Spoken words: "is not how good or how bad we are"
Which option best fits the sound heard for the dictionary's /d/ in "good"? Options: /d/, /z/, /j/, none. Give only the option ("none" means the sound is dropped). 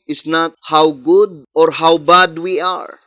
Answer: /d/